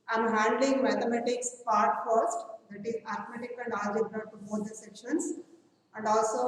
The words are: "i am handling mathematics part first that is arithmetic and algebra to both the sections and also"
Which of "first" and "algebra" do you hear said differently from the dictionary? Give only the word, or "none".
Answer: algebra